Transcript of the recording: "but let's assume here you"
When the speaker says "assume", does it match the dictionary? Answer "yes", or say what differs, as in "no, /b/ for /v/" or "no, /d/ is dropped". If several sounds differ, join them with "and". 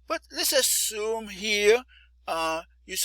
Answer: yes